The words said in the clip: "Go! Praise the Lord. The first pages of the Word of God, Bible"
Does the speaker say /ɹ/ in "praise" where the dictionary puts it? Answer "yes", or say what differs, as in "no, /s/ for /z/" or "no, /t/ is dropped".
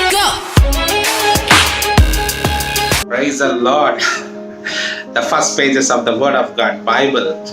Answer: yes